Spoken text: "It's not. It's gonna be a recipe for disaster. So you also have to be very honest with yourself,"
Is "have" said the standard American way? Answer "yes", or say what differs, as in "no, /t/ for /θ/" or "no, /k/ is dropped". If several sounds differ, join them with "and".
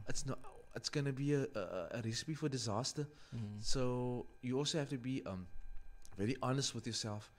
no, /f/ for /v/